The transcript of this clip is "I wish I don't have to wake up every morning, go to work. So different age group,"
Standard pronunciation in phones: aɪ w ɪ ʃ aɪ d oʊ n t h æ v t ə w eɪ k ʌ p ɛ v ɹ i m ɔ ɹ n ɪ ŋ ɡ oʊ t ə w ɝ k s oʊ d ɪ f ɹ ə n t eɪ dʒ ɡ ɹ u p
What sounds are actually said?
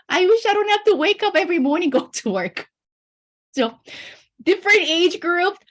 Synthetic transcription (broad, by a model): aɪ w ɪ ʃ aɪ d oʊ n t h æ f t ə w eɪ k ʌ p ɛ v ɹ i m ɔ ɹ n ɪ ŋ ɡ oʊ t ə w ɝ k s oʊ d ɪ f ɹ ə n t eɪ dʒ ɡ ɹ u p